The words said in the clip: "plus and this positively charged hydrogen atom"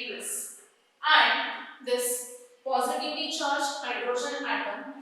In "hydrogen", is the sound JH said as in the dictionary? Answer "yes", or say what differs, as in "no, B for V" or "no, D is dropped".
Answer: no, SH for JH